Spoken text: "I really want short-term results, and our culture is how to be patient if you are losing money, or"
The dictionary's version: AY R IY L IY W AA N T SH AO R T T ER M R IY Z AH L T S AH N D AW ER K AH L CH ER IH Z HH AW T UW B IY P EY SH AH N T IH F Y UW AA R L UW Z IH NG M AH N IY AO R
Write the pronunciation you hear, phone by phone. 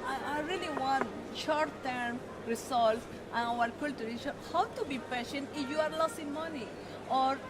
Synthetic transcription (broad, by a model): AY R IY L IY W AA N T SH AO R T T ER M R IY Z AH L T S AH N AW ER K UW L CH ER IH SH HH AW T UW B IY P EY SH AH N T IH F Y UW AA R L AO S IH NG M AH N IY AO R